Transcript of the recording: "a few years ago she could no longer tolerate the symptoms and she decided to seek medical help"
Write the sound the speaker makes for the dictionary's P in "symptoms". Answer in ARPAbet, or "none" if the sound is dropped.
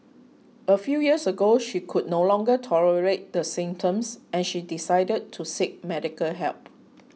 none